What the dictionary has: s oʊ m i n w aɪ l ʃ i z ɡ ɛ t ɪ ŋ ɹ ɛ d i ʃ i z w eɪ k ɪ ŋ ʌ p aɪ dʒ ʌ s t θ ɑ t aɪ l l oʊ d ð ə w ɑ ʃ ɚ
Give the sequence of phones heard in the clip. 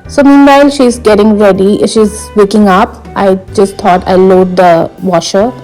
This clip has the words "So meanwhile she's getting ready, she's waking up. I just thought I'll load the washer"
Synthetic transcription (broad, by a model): s oʊ m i n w aɪ l ʃ i z ɡ ɛ t ɪ ŋ ɹ ɛ d i ʃ i z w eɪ k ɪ ŋ ʌ p aɪ dʒ ʌ s t t ɑ t aɪ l l oʊ d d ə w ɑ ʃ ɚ